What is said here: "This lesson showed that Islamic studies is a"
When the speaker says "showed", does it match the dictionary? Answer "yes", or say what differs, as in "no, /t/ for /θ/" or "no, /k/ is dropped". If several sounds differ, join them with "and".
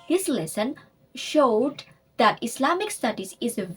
yes